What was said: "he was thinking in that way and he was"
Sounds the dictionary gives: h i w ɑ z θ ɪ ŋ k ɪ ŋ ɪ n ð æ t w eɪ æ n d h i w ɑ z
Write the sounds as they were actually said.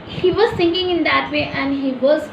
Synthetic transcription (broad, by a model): h i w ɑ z s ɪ ŋ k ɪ ŋ ɪ n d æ t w eɪ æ n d h i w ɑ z